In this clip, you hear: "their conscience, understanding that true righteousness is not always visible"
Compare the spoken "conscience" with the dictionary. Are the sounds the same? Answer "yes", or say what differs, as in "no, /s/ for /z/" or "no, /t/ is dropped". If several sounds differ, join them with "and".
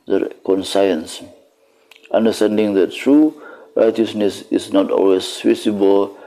no, /s/ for /ʃ/